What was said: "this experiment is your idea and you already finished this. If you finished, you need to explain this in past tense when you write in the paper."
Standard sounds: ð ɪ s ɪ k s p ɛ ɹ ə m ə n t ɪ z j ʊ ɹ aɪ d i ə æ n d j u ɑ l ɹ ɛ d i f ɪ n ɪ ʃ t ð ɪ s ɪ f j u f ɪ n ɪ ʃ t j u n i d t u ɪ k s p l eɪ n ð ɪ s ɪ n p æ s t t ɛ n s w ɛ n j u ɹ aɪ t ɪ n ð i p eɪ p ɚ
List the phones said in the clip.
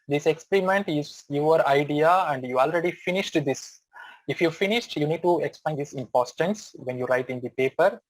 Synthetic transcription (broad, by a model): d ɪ s ɪ k s p ɛ ɹ ə m ə n t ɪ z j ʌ ɹ aɪ d i ə æ n d j u ɑ l ɹ ɛ d i f ɪ n ɪ ʃ t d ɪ s ɪ f j u f ɪ n ɪ ʃ t j u n i d t u ɪ k s p l eɪ n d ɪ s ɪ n p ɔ s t t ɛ n s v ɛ n j u ɹ aɪ t ɪ n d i p eɪ p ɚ